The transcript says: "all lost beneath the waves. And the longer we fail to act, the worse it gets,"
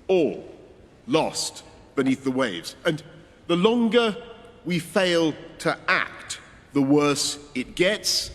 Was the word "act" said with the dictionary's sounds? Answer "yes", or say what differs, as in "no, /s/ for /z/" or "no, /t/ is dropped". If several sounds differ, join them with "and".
yes